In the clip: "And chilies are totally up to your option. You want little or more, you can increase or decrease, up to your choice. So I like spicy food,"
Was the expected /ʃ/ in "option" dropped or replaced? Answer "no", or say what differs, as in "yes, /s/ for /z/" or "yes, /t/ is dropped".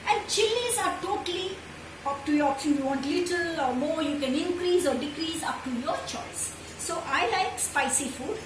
yes, /s/ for /ʃ/